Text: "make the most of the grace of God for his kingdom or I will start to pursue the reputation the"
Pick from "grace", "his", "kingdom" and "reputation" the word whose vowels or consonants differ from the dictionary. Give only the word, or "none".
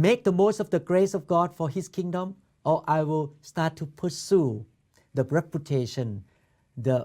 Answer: his